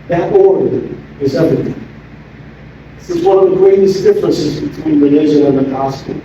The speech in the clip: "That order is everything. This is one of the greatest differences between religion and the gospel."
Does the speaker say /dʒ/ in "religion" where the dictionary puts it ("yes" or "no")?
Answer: no